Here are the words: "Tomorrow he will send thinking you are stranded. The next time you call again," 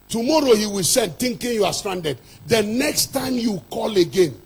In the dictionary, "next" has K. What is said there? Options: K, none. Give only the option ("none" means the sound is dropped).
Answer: K